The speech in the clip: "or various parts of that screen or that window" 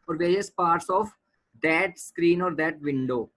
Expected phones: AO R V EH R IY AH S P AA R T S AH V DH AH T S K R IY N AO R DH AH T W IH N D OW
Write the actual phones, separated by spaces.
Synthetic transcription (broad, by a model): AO R V EH R IY AH S P AA R T S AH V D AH T S K R IY N AO R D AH T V IH N D OW